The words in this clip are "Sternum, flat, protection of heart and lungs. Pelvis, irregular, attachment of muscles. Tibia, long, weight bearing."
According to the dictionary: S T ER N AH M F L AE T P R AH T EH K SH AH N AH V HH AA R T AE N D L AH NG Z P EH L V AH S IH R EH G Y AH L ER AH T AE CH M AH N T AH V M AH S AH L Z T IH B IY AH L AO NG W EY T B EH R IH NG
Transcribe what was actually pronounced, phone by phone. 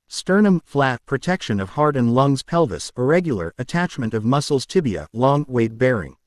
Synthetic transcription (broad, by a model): S T ER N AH M F L AE T P R AH T EH K SH AH N AH V HH AA R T N L AH NG Z P EH L V AH S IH R EH G Y L ER AH T AE CH M AH N T AH V M AH S L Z T IH B IY AH L AO NG W EY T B EH R IH NG